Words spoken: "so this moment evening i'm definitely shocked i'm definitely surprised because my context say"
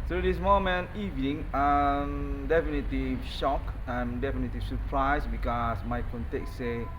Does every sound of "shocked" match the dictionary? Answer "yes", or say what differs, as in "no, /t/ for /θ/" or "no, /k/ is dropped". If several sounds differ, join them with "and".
no, /t/ is dropped